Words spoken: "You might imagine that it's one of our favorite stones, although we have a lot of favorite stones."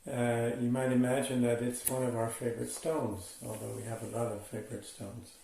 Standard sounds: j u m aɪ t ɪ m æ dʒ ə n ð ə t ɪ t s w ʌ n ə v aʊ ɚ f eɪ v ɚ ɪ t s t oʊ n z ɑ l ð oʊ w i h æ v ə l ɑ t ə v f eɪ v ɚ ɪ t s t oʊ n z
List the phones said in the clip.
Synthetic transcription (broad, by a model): j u m aɪ t ɪ m æ dʒ ə n ð ə t ɪ t s w ʌ n ə v aʊ ɚ f eɪ v ɚ ɪ t s t oʊ n z ɑ l ð oʊ w i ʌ v ə l ɑ t ə v f eɪ v ɚ ɪ t s t oʊ n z